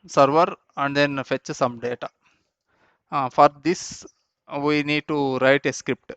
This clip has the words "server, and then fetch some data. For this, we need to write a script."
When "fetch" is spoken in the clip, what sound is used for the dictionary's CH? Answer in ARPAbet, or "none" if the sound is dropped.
CH